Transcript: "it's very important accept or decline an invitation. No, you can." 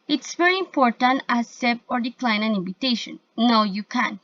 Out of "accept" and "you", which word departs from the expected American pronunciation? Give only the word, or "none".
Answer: accept